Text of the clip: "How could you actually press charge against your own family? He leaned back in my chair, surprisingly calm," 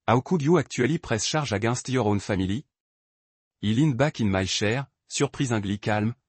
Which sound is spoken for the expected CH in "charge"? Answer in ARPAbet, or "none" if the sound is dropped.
SH